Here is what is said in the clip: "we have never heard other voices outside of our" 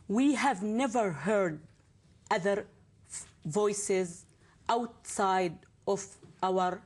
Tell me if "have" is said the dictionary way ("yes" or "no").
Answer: yes